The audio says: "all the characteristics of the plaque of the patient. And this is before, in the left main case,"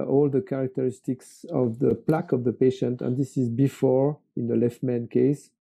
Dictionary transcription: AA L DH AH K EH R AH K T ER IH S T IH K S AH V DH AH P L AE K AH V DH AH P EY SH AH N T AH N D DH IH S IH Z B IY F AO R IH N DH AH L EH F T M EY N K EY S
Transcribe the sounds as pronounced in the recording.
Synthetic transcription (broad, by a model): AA L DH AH K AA R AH K T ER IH S T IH K S AH V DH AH P L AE K AH V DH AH P EY SH AH N T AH N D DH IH S IH Z B IY F AO R IH N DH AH L EH F T M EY N K EY S